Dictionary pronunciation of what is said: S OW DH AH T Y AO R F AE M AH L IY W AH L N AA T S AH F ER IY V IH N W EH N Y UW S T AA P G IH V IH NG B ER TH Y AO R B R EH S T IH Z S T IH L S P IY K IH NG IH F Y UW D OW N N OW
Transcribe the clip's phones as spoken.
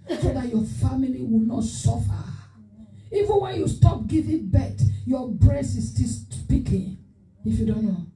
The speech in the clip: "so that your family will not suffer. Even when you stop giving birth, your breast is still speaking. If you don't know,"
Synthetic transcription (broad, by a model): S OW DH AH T Y AO F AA M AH L IY W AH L N AA T S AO F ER IY V IH N W EH N Y UW S T AA P G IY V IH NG B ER T Y AO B R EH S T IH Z S T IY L S P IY K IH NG IH F Y UW D OW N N OW